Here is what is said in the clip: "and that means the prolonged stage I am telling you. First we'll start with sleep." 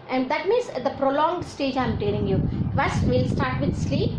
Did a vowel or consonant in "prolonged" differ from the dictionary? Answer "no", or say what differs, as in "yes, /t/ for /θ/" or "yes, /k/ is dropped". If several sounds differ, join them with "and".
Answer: no